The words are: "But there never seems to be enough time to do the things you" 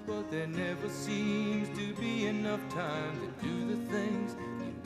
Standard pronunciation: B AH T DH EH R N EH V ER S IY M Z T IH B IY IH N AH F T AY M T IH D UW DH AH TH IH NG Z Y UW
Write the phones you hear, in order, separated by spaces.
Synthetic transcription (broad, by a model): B AH T DH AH R N EH V ER S IY M Z T IH B IY IH N AH F T AY M T IH D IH DH AH TH IH NG Z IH